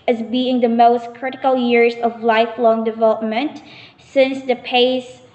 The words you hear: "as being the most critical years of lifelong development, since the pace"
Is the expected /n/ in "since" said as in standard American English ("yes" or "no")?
yes